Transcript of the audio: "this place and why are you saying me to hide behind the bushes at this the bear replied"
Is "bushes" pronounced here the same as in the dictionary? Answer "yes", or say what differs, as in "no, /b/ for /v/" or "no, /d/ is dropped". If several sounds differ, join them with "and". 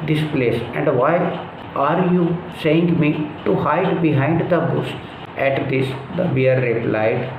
no, /s/ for /ʃ/